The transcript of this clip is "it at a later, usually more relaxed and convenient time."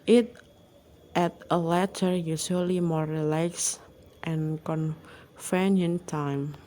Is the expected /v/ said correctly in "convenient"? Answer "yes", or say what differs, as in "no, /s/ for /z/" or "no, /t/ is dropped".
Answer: no, /f/ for /v/